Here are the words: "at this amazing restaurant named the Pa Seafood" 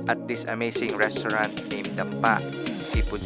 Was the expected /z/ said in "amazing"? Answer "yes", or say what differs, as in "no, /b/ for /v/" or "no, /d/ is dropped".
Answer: no, /s/ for /z/